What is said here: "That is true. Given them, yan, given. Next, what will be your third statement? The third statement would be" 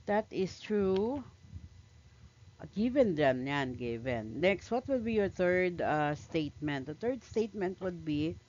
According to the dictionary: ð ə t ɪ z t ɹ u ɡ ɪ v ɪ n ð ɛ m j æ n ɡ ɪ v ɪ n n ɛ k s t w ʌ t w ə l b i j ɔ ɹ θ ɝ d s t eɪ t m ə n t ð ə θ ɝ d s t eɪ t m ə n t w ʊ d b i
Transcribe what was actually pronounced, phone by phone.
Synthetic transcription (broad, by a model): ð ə t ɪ s t ɹ u ɡ ɪ v ɪ n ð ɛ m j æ n ɡ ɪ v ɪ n n ɛ k s t w ʌ t w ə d b i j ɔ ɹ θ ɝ d s t eɪ t m ə n t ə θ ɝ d s t eɪ t m ə n t w ʊ d b i